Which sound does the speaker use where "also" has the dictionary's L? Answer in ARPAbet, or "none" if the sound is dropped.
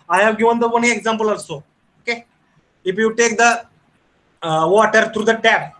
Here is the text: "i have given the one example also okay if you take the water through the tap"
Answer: none